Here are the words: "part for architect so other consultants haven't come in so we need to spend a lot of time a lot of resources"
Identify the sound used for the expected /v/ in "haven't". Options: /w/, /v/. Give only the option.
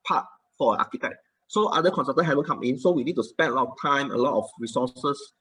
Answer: /w/